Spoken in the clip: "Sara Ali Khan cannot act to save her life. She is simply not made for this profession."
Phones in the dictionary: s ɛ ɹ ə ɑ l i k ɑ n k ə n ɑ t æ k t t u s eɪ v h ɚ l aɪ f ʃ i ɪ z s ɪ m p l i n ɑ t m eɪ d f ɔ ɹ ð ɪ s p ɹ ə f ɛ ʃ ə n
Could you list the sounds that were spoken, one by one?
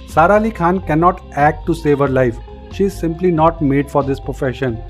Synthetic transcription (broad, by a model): s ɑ ɹ ɑ l i k ɑ n k ə n ɑ t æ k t t u s eɪ v h ɚ l aɪ f ʃ i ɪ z s ɪ m p l i n ɑ t m eɪ d f ɔ ɹ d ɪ s p ɹ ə f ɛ ʃ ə n